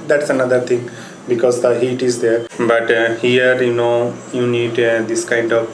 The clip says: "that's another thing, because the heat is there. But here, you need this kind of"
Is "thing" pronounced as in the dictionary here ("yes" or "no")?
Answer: no